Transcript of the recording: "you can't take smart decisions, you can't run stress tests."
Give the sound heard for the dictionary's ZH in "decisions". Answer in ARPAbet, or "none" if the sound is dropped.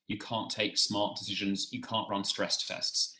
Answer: ZH